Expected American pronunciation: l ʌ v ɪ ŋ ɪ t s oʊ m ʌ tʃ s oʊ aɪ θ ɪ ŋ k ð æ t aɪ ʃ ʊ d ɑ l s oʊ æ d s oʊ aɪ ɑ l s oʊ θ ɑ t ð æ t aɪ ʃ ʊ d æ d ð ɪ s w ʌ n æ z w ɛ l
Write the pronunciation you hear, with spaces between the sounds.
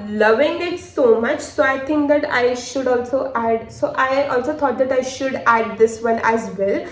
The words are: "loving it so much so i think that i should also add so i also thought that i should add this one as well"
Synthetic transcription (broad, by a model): l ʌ v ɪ ŋ ɪ t s oʊ m ʌ tʃ s oʊ aɪ t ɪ ŋ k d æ t aɪ ʃ ʊ d ɑ l s oʊ æ d s oʊ aɪ ɑ l s oʊ t ɑ t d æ t aɪ ʃ ʊ d æ d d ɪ s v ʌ n æ z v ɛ l